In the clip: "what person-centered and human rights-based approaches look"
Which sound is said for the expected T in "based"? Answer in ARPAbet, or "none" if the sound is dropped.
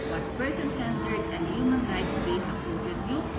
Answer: none